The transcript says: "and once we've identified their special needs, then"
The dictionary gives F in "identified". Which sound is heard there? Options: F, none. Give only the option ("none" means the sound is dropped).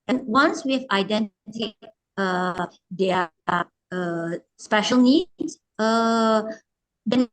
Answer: none